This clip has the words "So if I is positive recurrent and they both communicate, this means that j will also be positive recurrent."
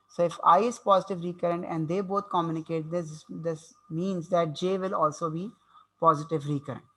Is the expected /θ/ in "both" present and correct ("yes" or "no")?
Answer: no